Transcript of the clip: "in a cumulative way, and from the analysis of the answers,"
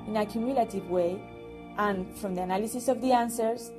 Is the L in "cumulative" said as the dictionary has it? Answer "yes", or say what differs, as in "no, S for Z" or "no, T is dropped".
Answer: yes